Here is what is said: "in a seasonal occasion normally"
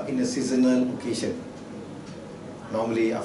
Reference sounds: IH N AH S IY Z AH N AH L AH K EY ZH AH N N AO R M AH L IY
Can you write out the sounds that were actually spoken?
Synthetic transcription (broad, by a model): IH N AH S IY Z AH N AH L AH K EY S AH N N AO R M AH L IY